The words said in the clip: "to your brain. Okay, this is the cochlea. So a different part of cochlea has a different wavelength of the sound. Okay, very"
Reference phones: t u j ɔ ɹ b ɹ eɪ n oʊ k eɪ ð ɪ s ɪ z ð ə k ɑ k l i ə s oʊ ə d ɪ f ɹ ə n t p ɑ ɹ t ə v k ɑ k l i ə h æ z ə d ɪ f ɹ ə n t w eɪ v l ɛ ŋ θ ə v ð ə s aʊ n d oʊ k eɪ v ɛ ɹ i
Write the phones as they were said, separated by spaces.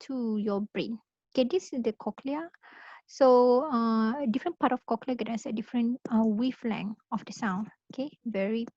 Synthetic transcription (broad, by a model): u j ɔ b ɹ eɪ n oʊ k eɪ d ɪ s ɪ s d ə k ɑ k l i ə s oʊ ə d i f ɹ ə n p ɑ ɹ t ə f k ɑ k l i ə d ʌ s ə d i f ɹ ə n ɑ w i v l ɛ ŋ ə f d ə s aʊ n oʊ k eɪ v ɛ ɹ i